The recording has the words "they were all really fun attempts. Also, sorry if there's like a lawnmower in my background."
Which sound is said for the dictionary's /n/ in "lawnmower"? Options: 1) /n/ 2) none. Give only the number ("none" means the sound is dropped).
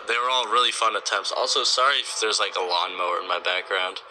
1